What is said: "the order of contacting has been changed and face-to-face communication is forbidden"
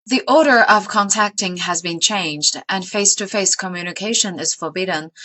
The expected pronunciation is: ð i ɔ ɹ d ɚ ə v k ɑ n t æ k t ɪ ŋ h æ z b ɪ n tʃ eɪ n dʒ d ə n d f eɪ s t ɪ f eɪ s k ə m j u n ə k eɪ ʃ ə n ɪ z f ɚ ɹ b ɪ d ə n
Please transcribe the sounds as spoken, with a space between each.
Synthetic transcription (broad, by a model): ð i ɔ ɹ d ɚ ə v k ɑ n t æ k t ɪ ŋ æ z b ɪ n tʃ eɪ n dʒ d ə n f eɪ s t ɪ f eɪ s k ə m j u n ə k eɪ ʃ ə n ɪ z f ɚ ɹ b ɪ d n